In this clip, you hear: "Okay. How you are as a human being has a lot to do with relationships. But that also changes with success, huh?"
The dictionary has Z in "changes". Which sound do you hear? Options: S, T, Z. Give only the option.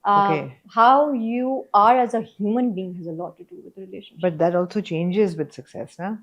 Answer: Z